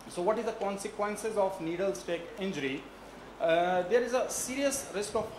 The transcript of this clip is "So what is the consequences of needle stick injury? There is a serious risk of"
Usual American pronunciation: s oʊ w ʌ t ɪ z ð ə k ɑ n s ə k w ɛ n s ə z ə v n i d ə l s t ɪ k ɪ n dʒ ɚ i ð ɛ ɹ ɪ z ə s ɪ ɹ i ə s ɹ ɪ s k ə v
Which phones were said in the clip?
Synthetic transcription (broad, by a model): s oʊ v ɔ t ɪ z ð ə k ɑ n s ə k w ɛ n s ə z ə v n i d ə l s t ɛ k ɪ n dʒ ɚ i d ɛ ɹ ɪ z ə s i ɹ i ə s ɹ ɪ s k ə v